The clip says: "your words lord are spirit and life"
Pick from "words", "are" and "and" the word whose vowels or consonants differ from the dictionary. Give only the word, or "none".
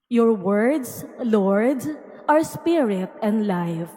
words